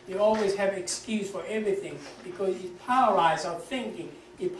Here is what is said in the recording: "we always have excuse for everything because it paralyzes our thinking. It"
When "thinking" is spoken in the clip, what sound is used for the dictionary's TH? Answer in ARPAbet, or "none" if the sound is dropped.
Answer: TH